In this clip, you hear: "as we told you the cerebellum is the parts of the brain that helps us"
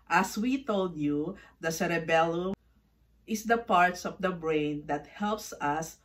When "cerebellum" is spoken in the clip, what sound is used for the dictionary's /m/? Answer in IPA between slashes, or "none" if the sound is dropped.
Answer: none